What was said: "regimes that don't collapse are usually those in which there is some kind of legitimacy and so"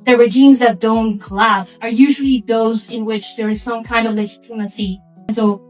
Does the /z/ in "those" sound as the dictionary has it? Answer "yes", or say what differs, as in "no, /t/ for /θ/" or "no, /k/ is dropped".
yes